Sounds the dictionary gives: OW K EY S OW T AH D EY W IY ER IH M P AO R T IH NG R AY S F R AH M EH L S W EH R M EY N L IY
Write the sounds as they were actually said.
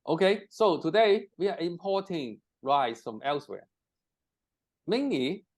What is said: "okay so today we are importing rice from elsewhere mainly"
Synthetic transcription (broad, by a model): OW K EY S OW T AH D EY W IY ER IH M P AO T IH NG R AY S F R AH M EH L S W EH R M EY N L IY